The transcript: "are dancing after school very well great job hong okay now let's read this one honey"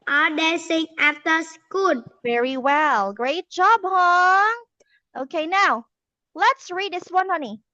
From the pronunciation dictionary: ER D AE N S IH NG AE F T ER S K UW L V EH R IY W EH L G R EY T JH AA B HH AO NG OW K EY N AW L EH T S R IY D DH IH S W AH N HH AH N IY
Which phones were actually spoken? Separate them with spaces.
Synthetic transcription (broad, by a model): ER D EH S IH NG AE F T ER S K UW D V EH R IY W EH L G R EY T JH AA B HH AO NG OW K EY N AW L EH T S R IY D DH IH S W AH N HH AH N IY